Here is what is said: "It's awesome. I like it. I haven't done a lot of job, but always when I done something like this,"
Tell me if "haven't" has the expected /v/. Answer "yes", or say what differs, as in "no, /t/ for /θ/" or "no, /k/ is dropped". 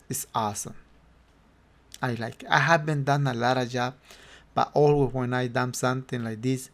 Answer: no, /b/ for /v/